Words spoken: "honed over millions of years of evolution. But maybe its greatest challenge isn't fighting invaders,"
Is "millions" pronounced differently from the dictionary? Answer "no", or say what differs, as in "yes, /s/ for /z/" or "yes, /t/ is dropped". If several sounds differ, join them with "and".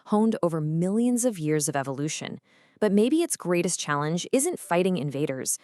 no